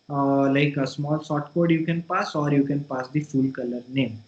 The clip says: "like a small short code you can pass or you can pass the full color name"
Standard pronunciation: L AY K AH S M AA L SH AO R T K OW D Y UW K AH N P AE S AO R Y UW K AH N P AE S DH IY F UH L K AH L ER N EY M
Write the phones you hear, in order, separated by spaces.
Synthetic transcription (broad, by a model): L AY K AH S M AA L S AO T K OW D Y UW K AH N P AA S AO R Y UW K AH N P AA S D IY F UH L K AH L ER N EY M